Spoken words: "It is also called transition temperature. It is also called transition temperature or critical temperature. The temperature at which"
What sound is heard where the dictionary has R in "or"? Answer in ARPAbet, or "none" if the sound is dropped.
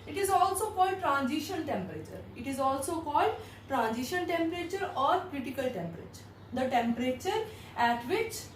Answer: R